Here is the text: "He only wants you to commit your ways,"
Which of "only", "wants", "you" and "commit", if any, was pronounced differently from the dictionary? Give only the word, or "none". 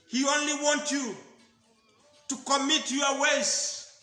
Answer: wants